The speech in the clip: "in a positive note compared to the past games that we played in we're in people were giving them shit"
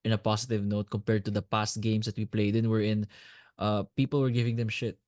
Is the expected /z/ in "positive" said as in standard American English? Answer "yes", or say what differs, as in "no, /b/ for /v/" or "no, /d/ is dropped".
no, /s/ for /z/